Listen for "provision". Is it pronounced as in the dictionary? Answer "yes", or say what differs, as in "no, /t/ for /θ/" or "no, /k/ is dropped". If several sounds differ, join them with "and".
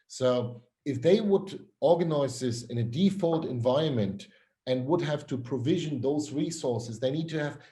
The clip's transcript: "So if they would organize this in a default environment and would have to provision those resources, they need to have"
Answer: yes